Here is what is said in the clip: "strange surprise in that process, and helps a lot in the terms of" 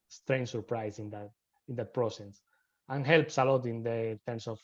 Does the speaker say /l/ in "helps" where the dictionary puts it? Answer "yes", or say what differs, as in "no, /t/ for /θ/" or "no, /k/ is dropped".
yes